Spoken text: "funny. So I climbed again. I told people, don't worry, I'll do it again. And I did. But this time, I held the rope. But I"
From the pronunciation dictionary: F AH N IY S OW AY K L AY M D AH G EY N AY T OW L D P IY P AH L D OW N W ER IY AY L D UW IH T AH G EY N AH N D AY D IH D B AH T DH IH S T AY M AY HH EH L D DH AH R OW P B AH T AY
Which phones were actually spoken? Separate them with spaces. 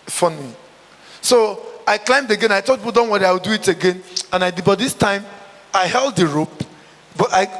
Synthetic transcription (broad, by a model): F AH N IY S OW AY K L AY M D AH G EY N AY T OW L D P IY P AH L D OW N W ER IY AY W D UW IH T AH G EY N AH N AY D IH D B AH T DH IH S T AY M AY HH EH L D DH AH R OW P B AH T AY